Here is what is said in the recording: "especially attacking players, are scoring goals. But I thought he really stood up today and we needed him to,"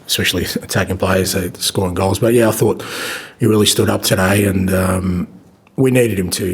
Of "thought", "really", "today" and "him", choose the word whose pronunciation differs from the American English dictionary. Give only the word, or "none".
none